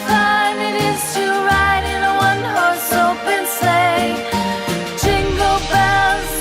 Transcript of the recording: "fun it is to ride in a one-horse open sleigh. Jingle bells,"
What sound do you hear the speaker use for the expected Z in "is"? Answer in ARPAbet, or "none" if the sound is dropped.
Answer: S